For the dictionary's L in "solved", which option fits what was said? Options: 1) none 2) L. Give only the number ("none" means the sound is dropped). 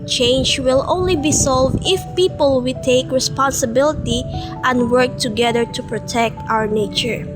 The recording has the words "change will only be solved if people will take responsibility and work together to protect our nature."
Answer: 2